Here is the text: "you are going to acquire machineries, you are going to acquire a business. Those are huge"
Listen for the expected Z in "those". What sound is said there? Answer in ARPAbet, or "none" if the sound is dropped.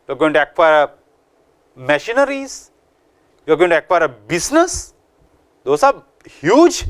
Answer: S